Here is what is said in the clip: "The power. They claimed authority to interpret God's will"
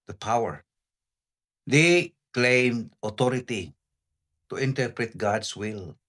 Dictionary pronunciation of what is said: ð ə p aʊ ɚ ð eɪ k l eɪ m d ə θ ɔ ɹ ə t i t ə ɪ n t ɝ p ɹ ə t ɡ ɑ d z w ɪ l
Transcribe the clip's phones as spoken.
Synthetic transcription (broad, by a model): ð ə p aʊ ɚ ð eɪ k l eɪ m d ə t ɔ ɹ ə t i t ə ɪ n t ɝ p ɹ ə t ɡ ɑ d s w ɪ l